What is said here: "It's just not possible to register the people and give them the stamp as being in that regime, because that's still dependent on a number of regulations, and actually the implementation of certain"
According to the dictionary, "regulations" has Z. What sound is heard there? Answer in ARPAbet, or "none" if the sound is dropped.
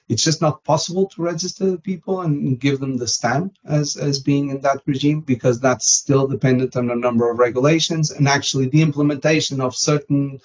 Z